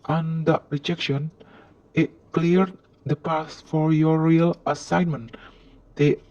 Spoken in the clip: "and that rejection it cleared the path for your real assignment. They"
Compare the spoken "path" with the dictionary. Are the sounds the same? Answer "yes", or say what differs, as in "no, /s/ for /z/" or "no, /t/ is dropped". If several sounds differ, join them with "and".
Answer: no, /s/ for /θ/